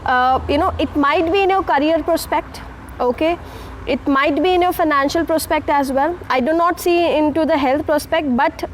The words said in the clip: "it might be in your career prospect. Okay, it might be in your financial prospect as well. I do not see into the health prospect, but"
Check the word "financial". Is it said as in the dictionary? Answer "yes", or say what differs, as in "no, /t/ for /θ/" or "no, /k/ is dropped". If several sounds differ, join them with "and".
yes